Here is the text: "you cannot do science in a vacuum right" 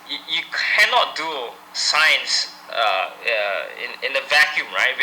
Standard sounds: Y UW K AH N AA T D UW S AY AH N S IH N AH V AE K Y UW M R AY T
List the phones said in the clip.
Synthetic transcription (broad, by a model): Y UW K AH N AA T D UW S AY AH N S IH N AH V AE K Y UW M R AY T